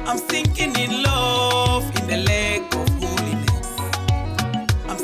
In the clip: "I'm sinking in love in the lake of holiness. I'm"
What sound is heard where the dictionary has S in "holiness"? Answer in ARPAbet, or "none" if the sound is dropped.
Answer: none